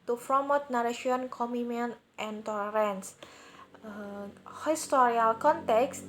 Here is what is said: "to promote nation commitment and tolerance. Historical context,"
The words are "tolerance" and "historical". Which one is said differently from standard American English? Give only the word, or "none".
historical